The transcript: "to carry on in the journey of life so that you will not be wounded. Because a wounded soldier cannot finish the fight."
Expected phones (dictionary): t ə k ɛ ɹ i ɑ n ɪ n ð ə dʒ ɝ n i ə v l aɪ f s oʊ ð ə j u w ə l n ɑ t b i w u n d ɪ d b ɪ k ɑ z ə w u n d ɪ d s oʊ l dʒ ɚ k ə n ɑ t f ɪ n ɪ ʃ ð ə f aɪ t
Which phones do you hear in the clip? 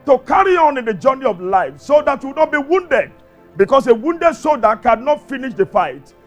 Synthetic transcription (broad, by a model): t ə k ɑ ɹ i ɑ n ɪ n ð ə dʒ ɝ n i ə v l aɪ f s oʊ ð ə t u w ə n ɑ t b i w u n d ɪ d b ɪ k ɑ s ə w u n d ɪ d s oʊ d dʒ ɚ k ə n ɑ t f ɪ n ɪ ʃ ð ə f aɪ t